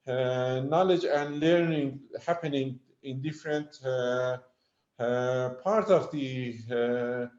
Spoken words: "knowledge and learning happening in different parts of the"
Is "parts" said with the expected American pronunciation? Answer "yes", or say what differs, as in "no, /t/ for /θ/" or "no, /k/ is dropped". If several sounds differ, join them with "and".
no, /s/ is dropped